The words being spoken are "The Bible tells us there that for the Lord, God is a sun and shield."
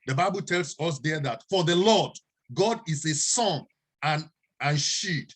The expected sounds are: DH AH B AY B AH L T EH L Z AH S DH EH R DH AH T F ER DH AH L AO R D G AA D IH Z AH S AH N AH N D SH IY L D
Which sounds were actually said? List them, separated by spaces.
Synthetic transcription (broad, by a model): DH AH B AY B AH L T EH L S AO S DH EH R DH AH T F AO DH AH L AO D G AA D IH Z AH S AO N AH N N SH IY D